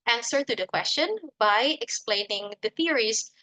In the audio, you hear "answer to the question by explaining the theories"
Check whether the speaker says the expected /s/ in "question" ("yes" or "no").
yes